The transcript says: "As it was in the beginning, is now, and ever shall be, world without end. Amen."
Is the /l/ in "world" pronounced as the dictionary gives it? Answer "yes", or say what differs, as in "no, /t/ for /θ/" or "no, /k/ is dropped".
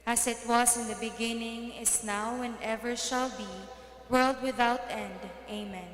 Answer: yes